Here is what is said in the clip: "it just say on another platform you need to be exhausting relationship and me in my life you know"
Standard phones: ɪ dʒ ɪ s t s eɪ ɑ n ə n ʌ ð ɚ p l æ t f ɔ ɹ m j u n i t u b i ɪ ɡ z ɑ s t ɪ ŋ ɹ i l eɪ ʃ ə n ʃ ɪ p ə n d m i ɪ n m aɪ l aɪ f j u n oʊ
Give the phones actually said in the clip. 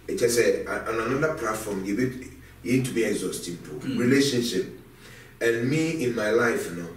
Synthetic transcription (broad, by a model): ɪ tʃ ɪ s s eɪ ɑ n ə n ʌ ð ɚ p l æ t f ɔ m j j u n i t u b i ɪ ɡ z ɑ s t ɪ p ɹ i l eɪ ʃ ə n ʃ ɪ p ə n m i ɪ n m aɪ l aɪ f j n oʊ